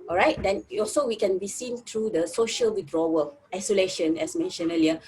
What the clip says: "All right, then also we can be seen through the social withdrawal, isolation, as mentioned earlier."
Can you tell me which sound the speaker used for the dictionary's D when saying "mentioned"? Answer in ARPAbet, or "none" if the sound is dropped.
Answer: none